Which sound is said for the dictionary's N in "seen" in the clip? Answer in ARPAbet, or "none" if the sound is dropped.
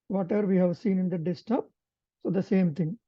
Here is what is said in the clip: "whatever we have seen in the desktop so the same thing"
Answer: N